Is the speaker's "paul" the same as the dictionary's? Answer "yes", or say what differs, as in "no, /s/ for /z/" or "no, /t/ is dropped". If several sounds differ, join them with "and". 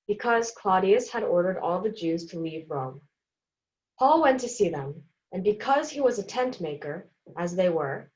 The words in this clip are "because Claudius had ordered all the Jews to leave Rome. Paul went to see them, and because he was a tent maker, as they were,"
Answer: yes